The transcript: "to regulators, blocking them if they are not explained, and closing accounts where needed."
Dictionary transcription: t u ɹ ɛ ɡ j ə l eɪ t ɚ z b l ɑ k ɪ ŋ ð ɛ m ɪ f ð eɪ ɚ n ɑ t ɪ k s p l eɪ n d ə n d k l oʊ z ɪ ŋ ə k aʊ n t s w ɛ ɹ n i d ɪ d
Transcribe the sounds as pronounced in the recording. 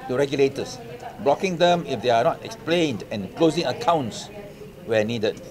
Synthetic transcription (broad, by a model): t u ɹ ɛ ɡ j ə l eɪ t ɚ s b l ɑ k ɪ ŋ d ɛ m ɪ f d eɪ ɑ n ɑ t ɪ k s p l eɪ n d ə n k l oʊ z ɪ ŋ ə k aʊ n t s w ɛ n i d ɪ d